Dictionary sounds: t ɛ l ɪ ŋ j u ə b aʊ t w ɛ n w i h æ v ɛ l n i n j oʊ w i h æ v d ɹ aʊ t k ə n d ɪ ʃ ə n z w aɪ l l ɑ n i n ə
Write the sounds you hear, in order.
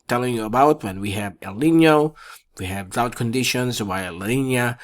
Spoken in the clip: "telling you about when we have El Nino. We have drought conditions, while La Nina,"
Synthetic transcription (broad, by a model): t ɛ l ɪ ŋ j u ə b aʊ t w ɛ n w i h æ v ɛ l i n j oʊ w i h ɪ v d aʊ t k ə n d ɪ ʃ ə n z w aɪ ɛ l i n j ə